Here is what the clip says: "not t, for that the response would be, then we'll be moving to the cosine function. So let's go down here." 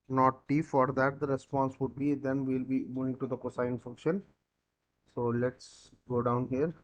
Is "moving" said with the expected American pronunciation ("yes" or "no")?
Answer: no